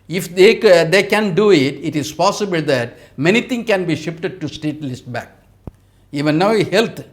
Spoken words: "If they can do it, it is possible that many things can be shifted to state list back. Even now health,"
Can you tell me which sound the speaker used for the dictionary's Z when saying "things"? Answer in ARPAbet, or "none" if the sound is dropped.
none